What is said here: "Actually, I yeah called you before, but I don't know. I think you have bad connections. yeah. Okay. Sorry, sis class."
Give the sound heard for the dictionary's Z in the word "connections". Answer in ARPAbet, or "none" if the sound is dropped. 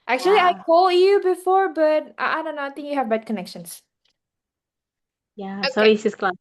S